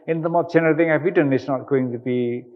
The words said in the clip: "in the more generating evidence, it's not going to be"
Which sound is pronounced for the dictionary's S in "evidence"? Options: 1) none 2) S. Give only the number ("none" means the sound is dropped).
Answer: 1